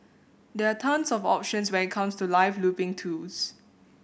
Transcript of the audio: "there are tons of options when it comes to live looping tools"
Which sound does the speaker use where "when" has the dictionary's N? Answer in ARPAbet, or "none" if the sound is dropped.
none